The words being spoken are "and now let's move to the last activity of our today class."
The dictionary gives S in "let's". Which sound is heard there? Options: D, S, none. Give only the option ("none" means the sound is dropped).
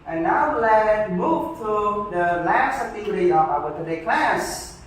none